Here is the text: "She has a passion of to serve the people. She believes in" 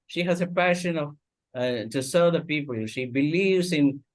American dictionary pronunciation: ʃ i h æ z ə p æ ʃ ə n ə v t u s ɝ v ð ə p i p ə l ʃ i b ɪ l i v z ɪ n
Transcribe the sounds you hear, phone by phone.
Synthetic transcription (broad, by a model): ʃ i h æ z ə p æ ʃ ə n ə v t u s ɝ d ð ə p i p ə l ʃ i b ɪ l i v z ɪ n